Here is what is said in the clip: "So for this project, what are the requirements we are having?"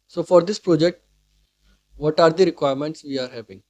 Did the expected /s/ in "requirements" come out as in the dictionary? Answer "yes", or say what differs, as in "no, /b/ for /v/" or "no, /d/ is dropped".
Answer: yes